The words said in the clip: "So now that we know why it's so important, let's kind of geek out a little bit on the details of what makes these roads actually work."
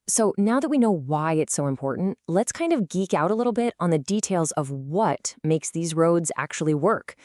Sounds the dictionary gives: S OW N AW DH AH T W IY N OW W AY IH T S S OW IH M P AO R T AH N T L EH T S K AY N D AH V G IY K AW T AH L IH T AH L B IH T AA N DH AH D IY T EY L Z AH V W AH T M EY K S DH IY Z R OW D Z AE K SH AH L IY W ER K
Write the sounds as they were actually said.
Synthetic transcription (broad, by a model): S OW N AW DH AH T W IY N OW W AY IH T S S OW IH M P AO R T N T L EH T S K AY N D AH V G IY K AW T AH L IH T L B IH T N DH AH D IY T EY L Z AH V W AH T M EY K S DH IY Z R OW D Z AE K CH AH L IY W ER K